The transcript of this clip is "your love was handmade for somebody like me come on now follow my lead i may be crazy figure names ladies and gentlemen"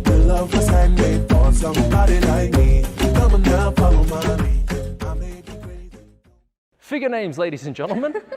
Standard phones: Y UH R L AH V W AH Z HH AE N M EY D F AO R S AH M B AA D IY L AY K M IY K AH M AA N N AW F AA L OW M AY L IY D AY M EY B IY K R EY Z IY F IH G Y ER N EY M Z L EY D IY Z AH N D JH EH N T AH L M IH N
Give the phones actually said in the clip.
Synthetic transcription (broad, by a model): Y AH L AH V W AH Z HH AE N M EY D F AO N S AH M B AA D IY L AY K M IY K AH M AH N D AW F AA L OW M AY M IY AY M EY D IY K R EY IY F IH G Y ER N EY M Z L EY D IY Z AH N JH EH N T L M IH N